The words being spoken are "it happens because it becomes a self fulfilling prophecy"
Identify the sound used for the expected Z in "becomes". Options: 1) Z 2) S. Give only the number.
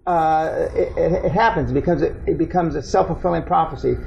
1